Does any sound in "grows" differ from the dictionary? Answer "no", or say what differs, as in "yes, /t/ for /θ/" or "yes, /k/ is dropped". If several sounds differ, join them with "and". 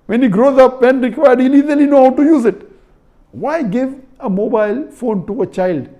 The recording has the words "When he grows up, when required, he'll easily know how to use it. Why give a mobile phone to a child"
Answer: no